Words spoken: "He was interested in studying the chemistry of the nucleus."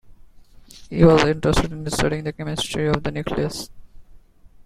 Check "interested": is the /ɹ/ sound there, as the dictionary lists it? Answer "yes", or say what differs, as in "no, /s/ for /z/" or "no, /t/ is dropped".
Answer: yes